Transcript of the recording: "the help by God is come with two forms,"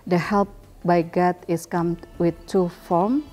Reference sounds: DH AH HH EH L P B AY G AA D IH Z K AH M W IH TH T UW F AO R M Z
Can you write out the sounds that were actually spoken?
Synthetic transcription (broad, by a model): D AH HH EH L P B AY G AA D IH S K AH M W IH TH T UW F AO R M